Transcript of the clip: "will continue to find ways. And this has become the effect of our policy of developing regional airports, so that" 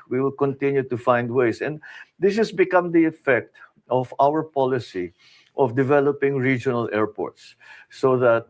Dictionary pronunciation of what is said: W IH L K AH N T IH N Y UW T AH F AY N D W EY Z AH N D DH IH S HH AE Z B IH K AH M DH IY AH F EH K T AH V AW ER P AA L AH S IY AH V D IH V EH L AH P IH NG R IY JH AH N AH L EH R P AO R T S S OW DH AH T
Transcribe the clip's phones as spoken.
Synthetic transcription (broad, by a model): W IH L K AH N T IH N Y UW T AH F AY N D W EY S AH N D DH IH S HH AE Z B IH K AH M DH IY AH F EH K T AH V AW ER P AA L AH S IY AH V D IH V EH L AH P IH NG R IY JH AH N AH L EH R P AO R T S S OW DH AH T